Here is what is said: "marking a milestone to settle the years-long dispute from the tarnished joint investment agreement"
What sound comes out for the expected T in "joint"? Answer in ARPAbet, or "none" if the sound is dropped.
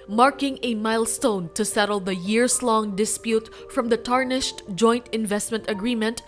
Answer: T